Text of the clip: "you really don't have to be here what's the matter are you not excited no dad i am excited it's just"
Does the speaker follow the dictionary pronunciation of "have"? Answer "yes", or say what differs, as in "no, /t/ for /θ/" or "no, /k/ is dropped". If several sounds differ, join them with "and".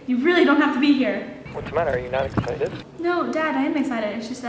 no, /f/ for /v/